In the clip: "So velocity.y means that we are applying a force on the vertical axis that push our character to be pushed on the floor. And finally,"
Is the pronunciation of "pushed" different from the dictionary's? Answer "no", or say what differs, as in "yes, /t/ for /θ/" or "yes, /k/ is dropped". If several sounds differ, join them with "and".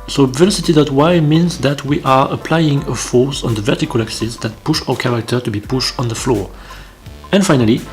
no